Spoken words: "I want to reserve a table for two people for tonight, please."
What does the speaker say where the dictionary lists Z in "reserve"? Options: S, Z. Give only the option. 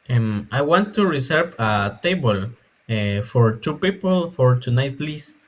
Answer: S